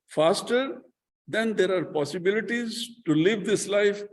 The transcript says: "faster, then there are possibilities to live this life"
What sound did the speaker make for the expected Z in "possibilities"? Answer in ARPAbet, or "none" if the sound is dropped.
Z